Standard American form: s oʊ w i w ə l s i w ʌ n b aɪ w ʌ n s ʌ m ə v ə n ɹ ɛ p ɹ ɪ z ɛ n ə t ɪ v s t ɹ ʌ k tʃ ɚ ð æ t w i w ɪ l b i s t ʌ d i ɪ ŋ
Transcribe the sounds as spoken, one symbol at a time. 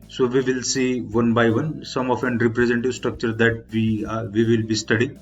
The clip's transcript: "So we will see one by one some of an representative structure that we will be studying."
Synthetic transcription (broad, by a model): s oʊ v i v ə l s i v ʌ n b aɪ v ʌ n s ʌ m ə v ə n ɹ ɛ p ɹ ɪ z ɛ n t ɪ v s t ɹ ʌ k tʃ ɚ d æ t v i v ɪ l b i s t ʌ d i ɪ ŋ